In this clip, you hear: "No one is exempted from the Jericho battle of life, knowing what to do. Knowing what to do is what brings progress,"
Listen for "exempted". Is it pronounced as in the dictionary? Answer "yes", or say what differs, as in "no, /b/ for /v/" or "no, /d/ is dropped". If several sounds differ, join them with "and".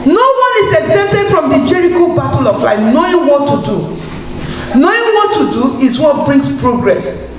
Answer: no, /m/ is dropped